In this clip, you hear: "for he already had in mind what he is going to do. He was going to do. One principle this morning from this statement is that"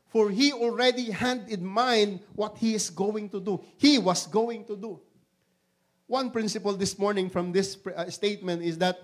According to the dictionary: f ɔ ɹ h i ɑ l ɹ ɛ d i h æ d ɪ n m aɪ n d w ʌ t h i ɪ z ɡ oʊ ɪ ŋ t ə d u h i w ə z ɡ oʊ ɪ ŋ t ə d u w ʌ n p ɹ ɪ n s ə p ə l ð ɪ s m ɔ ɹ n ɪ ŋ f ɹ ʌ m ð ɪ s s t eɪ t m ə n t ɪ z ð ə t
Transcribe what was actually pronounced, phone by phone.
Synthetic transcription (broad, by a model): f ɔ ɹ h i ɑ l ɹ ɛ d i h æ d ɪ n m aɪ n d w ʌ t h i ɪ s ɡ oʊ ɪ ŋ t ə d u h i w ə s ɡ oʊ ɪ ŋ t ə d u w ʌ n p ɹ ɪ n s ə p ə l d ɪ s m ɔ ɹ n ɪ ŋ f ɹ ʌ m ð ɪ s s t eɪ t m ə n t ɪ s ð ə t